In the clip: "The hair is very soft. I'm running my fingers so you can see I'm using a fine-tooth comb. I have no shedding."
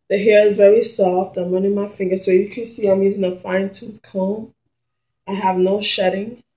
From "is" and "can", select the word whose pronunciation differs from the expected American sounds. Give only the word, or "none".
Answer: none